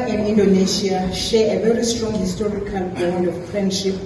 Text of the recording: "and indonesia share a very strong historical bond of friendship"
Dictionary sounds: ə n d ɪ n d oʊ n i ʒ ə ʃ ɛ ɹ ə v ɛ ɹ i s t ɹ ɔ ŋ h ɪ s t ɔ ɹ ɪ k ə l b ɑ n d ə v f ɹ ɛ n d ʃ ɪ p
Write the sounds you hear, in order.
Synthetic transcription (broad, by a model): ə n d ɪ n d oʊ n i ʃ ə ʃ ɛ ə v ɛ ɹ i s t ɹ ɔ ŋ h ɪ s t ɔ ɹ ɪ k ə l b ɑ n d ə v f ɹ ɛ n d ʃ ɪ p